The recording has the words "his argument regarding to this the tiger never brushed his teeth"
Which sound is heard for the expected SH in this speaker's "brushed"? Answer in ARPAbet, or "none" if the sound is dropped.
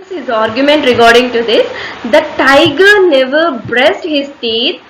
S